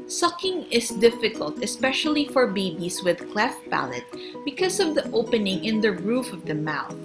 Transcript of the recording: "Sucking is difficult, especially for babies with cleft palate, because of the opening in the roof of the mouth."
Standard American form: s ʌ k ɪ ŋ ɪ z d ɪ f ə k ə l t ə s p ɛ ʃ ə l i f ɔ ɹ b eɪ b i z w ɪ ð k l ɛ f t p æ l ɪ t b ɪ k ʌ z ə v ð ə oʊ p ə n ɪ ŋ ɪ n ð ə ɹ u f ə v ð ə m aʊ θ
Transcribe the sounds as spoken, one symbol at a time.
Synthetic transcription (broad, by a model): s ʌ k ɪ ŋ ɪ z d ɪ f ə k ə l t ə s p ɛ ʃ ə l i f ɔ ɹ b eɪ b i s w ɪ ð k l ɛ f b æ l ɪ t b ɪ k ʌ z ə v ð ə oʊ p ə n ɪ ŋ ɪ n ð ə ɹ u f ə v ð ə m aʊ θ